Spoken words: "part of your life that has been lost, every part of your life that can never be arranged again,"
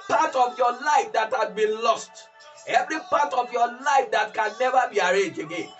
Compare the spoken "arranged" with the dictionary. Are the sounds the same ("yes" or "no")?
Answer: no